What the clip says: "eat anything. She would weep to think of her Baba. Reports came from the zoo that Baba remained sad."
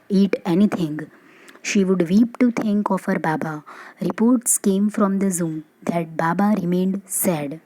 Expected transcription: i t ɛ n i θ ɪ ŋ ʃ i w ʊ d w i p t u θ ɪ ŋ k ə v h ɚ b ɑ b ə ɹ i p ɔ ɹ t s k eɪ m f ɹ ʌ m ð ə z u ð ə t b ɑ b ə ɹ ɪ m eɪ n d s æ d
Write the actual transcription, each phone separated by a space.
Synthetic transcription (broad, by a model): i t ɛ n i t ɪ ŋ ʃ i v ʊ d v i p t u t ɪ ŋ k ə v h ɚ b ɑ b ə ɹ i p ɔ ɹ t s k eɪ m f ɹ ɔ m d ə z u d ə t b ɑ b ə ɹ ɪ m eɪ n d s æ d